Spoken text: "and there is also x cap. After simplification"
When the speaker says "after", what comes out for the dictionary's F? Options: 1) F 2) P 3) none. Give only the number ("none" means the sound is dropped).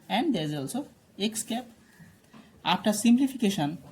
2